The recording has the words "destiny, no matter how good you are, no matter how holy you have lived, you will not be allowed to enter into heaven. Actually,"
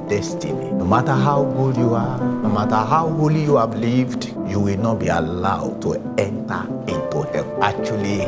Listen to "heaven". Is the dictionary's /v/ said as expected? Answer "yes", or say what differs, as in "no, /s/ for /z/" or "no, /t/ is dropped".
no, /v/ is dropped